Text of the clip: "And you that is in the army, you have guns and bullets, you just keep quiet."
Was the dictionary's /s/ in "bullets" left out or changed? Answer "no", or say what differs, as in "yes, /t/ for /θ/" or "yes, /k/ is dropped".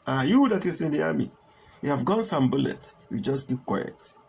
yes, /s/ is dropped